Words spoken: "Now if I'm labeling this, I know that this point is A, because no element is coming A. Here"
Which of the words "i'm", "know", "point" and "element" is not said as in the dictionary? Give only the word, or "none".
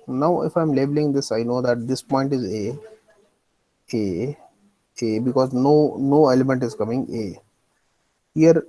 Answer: none